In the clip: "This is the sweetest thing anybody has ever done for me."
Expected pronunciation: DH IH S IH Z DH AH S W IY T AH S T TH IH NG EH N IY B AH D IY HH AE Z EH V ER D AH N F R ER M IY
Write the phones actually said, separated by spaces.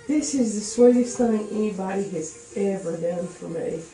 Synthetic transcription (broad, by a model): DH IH S IH Z DH AH S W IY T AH S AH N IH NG EH N IY B AH D IY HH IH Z EH V ER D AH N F R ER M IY